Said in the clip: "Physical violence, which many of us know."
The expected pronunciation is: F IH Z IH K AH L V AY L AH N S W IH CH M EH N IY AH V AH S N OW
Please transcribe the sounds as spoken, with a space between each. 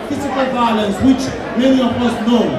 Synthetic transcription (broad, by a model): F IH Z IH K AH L V AY L AH N S W IH CH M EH L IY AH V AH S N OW